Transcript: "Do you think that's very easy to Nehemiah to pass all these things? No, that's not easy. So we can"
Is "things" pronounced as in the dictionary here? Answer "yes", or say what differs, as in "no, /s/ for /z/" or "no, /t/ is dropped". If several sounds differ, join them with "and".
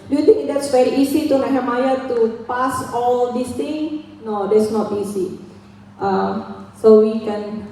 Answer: no, /z/ is dropped